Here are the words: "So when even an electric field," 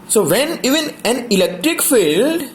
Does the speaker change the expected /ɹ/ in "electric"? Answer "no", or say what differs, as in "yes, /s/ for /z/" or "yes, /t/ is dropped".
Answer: no